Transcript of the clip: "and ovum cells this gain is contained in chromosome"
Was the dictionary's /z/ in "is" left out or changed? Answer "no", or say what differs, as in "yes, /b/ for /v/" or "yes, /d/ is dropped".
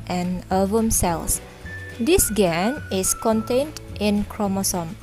yes, /s/ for /z/